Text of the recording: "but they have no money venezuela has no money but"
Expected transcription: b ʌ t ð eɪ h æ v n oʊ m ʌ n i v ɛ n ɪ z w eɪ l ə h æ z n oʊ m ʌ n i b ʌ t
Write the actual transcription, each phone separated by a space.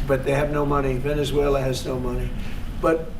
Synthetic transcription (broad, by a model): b ʌ t ð eɪ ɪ v n oʊ m ʌ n i v ɛ n ɪ z w eɪ l ə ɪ z n oʊ m ʌ n i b ʌ t